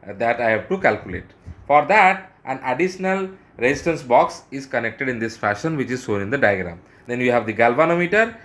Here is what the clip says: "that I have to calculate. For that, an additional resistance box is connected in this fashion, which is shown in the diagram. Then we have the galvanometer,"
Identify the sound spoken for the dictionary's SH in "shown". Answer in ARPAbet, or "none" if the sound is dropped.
S